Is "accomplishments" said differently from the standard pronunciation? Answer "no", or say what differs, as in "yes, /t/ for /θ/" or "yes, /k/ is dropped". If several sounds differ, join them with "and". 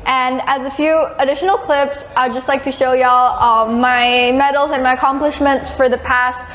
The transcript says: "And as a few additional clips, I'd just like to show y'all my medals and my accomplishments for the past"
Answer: no